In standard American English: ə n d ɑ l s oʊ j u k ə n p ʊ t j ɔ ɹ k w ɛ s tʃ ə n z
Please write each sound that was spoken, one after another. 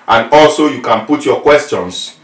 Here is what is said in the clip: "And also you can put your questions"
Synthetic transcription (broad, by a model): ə n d ɑ l s oʊ j u k ə n p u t j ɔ k w ɛ s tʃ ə n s